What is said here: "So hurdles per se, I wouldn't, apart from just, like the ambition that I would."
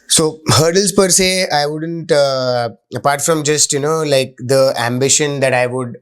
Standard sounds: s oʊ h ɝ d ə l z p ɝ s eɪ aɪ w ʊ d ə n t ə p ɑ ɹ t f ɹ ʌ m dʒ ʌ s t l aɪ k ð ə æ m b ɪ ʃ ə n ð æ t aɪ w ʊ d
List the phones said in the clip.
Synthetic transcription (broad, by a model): s oʊ h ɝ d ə l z p ɝ s eɪ aɪ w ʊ d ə n t ə p ɑ ɹ t f ɹ ʌ m dʒ ʌ s t l aɪ k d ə æ m b ɪ ʃ ə n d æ t aɪ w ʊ d